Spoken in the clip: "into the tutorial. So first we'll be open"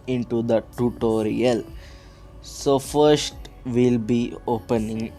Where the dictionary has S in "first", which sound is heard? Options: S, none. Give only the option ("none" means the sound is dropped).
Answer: S